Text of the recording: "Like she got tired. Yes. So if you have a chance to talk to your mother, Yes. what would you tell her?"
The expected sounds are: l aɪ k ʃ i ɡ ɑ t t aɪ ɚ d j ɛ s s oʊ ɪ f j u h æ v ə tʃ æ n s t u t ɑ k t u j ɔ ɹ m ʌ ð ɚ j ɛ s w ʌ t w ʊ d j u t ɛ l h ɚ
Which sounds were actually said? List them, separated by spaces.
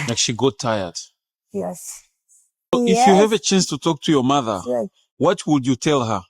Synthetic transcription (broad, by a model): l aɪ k ʃ i ɡ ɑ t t aɪ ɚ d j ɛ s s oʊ ɪ f j u h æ v ə tʃ æ n s t u t ɑ k t u j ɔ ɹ m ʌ ð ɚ w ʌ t w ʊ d j u t ɛ l h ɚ